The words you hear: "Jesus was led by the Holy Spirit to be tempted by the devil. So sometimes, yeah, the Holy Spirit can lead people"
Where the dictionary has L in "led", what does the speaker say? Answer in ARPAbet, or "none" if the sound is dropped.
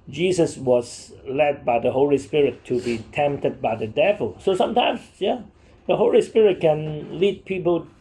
L